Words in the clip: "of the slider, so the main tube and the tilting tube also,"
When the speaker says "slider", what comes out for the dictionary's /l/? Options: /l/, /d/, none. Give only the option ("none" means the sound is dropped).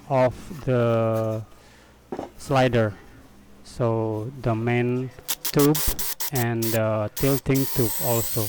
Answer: /l/